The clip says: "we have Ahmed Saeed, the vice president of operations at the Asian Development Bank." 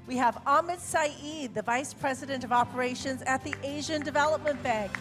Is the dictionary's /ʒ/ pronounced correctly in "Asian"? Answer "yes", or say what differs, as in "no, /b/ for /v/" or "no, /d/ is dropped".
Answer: yes